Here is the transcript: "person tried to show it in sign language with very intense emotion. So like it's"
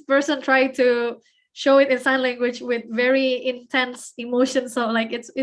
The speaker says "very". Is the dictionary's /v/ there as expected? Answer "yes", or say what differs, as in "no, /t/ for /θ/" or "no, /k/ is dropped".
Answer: yes